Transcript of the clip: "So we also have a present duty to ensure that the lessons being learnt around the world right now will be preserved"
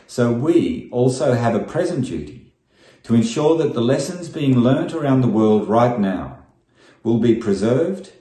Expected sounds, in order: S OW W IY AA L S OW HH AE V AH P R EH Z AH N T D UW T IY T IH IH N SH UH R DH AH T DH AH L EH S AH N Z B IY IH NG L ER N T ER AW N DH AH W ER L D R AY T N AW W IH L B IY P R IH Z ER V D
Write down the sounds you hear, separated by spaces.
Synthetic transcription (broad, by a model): S OW W IY AA L S OW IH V AH P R EH Z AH N D UW T IY T IH IH N SH UH R DH AH T DH AH L EH S AH N Z B IY IH NG L ER N T ER AW N DH AH W ER L D R AY T N AW W IH L B IY P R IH Z ER V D